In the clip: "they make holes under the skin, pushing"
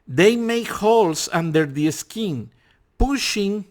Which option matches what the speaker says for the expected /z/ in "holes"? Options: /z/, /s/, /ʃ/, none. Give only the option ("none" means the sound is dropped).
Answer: /s/